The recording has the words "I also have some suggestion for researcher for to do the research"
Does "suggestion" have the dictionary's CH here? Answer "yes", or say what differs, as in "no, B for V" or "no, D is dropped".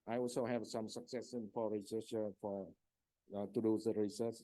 no, CH is dropped